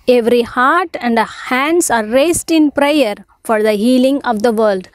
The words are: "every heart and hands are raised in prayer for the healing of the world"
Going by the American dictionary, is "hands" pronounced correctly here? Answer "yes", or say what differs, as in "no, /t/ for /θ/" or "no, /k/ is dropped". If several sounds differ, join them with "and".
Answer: no, /s/ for /z/